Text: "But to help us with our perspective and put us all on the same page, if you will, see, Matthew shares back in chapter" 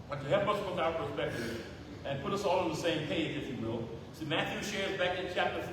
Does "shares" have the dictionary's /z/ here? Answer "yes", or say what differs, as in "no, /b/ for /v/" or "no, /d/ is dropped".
yes